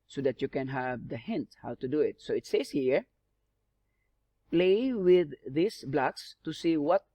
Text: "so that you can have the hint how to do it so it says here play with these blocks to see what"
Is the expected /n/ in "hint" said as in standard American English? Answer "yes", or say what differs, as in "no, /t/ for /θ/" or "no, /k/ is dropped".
yes